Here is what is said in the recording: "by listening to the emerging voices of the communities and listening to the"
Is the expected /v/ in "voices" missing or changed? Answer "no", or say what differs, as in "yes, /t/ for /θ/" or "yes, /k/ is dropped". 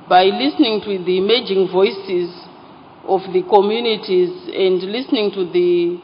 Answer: no